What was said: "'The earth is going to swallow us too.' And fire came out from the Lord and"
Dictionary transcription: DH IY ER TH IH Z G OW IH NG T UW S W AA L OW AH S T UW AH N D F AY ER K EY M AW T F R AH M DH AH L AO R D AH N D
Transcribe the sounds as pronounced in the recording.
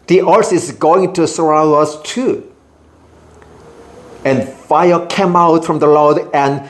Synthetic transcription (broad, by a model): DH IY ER S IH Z G OW IH NG T UW S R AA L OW AH S T UW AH N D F AY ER K EY M AW T F R AH M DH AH L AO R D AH N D